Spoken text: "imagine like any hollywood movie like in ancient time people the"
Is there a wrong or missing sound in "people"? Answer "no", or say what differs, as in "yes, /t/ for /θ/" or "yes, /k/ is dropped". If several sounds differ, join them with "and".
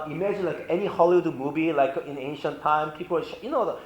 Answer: yes, /n/ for /l/